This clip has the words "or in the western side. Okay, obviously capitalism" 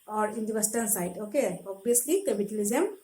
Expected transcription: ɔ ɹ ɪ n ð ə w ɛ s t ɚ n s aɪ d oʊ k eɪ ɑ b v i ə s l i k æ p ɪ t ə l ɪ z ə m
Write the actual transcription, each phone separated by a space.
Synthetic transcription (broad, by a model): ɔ ɹ ɪ n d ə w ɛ s t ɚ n s aɪ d oʊ k eɪ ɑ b i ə s l i k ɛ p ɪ t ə l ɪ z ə m